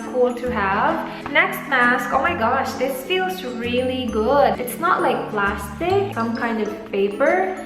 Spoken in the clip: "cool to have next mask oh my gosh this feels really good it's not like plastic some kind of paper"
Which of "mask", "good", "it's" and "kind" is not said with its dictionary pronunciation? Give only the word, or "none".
none